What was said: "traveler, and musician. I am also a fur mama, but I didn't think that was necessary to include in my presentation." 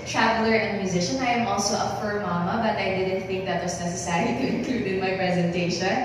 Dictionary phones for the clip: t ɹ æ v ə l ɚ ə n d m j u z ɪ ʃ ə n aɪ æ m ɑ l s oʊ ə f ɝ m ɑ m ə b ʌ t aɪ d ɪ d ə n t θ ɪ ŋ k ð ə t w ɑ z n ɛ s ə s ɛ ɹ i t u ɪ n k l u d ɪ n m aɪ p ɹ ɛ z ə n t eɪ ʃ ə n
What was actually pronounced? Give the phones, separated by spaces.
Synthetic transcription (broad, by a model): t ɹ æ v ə l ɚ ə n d m j u z ɪ ʃ ə n aɪ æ m ɑ l s oʊ ə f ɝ m ɑ m ə b ʌ t aɪ d ɪ d ə n t θ ɪ ŋ k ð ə t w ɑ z n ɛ s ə s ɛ ɹ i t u ɪ n k l u d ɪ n m aɪ p ɹ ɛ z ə n t eɪ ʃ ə n